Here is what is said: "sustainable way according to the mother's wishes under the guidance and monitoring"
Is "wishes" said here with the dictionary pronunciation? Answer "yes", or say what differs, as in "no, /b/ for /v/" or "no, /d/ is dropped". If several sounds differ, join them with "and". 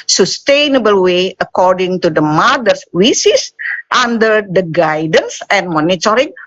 no, /s/ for /ʃ/